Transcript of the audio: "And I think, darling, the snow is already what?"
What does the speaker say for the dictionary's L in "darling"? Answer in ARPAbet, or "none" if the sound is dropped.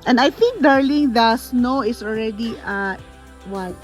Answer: L